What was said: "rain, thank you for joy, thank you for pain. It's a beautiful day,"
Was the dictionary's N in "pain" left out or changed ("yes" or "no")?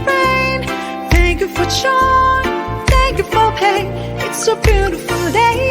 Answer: yes